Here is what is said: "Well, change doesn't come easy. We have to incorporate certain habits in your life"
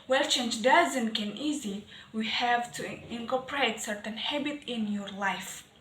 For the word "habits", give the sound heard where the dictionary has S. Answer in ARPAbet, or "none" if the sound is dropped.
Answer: none